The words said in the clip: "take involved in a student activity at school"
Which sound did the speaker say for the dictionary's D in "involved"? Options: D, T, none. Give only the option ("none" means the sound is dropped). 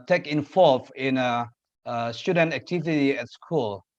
none